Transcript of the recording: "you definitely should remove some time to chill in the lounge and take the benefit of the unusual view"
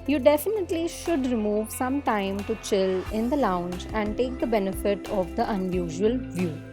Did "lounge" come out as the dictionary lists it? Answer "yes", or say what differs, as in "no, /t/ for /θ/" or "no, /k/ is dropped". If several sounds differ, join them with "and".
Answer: yes